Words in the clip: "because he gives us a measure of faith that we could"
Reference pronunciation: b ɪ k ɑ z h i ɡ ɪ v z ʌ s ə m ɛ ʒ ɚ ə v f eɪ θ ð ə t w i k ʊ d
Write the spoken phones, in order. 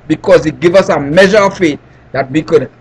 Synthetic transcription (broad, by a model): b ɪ k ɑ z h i ɡ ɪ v ʌ s ə m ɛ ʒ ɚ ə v f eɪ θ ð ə t w i k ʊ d